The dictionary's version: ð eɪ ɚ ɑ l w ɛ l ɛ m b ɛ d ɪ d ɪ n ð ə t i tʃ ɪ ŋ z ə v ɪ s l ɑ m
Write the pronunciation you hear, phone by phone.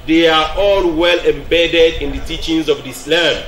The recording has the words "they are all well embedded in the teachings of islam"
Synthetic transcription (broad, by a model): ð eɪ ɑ ɑ l w ɛ l ɛ m b ɛ d ɪ d ɪ n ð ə t i tʃ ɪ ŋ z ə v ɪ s l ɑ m